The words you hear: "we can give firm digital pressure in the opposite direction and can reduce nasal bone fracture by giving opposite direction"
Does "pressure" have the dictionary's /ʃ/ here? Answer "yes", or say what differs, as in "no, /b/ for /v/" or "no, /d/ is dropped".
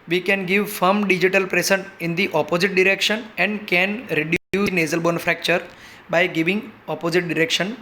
no, /s/ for /ʃ/